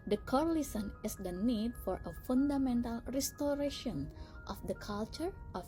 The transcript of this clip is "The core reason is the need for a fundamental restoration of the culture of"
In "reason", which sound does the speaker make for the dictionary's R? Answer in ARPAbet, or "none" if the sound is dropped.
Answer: L